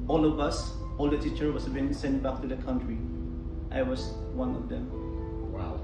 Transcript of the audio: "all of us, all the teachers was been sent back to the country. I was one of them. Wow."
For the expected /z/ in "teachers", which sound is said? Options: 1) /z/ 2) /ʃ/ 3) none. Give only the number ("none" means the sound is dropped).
3